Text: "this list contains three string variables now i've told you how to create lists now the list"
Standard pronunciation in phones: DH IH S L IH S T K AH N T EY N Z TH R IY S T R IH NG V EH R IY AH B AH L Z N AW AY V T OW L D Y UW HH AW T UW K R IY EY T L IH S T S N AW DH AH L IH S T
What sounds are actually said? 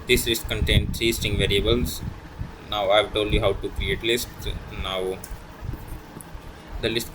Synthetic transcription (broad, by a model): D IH S L IH S T K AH N T EY N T R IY S T IH NG V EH R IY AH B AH L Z N AW AY V T OW L D Y UW HH AW T UW K R IY EY T L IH S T N AW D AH L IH S T